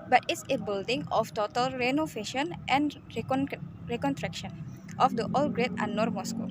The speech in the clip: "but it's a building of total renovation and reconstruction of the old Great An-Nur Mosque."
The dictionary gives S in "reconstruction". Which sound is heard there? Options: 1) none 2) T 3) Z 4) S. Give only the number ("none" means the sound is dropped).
1